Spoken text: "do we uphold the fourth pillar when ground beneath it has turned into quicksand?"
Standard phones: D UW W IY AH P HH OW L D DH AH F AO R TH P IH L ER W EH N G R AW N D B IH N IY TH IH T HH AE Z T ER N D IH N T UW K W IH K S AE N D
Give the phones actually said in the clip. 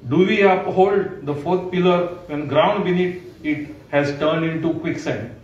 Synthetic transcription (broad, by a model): D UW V IY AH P HH OW L D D AH F AO R T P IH L ER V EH N G R AW N D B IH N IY T IH T HH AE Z T ER N D IH N T UW K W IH K S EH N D